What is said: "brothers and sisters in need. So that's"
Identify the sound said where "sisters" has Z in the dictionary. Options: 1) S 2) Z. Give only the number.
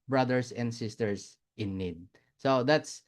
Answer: 1